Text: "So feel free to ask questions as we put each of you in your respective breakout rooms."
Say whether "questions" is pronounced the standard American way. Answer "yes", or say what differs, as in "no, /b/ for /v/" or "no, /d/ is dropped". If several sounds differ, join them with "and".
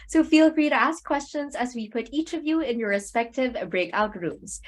yes